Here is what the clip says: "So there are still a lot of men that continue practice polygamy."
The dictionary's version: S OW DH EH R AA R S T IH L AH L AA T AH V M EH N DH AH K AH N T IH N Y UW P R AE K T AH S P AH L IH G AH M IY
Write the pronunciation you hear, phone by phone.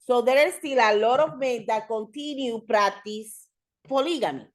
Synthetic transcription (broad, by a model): S OW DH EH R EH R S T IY L AH L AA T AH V M EH N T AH K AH N T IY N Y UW P R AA T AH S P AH L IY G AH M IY